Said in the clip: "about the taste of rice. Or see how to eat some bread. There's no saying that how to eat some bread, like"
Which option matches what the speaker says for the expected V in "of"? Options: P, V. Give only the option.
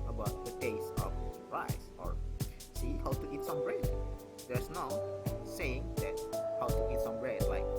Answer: P